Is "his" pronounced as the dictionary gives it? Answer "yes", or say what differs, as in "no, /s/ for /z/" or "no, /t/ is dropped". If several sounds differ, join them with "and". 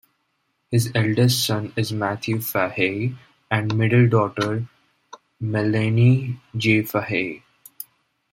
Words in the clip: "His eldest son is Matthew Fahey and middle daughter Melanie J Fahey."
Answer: yes